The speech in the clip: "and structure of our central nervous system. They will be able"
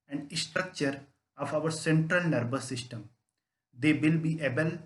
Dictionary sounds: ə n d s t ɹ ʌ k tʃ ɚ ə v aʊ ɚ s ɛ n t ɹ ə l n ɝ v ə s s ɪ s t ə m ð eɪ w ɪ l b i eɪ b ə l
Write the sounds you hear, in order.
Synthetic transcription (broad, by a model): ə n d s t ɹ ʌ k tʃ ɚ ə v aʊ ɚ s ɛ n t ɹ ə l n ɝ b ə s s ɪ s t ə m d eɪ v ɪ l b i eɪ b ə l